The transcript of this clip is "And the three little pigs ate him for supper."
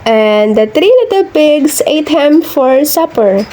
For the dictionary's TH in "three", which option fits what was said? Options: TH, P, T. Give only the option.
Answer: T